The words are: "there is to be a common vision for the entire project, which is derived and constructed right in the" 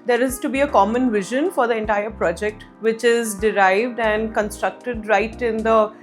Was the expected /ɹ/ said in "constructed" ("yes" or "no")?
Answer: yes